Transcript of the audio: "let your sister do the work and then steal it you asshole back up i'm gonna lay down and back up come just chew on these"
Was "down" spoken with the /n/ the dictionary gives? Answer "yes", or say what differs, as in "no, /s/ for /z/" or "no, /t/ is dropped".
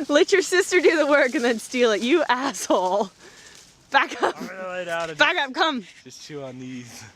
no, /n/ is dropped